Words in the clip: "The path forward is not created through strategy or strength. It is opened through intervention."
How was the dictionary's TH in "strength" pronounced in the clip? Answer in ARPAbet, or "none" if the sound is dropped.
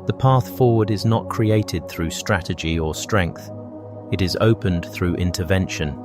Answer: TH